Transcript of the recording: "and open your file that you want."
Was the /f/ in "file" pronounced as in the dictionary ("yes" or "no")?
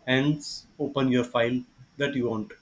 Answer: yes